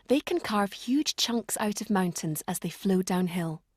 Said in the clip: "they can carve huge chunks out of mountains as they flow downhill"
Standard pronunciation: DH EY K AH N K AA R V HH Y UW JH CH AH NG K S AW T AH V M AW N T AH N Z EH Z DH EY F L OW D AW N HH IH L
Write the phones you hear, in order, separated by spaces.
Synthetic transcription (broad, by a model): DH EY K AH N K AA R V HH Y UW JH CH AH NG K S AW T AH V M AW N T AH N Z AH Z DH EY F L OW D AW N HH IH L